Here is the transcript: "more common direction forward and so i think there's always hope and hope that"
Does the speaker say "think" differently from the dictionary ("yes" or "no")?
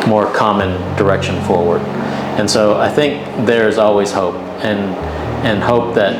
no